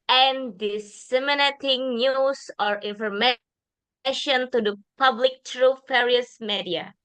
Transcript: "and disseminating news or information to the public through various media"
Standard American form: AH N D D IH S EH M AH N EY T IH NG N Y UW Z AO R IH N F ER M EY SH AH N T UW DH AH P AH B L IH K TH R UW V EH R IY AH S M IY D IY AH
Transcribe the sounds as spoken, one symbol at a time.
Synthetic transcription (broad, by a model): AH N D D IH S EH M AH N EY T IH NG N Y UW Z AO R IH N F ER M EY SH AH N T UW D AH P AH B L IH K T R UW F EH R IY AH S M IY D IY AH